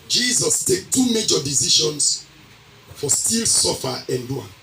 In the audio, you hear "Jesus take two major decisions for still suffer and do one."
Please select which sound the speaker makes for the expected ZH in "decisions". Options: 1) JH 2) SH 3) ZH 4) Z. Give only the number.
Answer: 2